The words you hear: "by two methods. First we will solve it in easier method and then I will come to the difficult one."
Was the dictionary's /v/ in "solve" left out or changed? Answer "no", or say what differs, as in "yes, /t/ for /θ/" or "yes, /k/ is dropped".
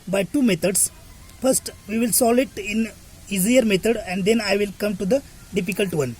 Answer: yes, /v/ is dropped